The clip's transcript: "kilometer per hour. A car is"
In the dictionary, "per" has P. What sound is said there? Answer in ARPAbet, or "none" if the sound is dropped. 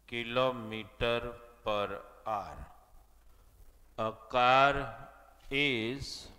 P